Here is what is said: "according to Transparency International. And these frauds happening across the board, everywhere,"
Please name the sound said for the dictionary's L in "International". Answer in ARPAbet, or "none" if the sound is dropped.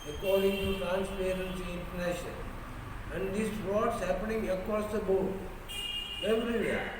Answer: N